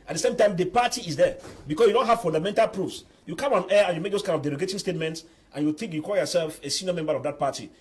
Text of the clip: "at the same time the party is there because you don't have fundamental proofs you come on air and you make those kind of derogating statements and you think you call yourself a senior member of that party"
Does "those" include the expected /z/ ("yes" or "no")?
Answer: no